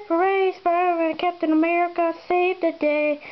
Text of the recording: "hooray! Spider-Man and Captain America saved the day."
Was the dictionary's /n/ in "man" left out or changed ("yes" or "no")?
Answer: yes